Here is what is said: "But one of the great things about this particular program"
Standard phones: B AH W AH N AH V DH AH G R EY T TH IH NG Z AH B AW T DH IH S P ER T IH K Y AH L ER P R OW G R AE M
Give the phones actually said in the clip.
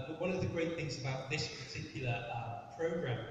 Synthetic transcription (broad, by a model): W AH N AH V DH AH G R EY T TH IH NG Z AH B AW T DH IH S P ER T IH K Y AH L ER P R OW G R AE M